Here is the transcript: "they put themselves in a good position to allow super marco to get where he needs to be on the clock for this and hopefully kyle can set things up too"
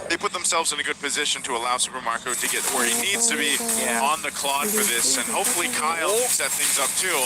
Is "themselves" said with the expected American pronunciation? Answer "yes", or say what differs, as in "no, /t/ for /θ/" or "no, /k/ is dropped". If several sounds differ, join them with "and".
yes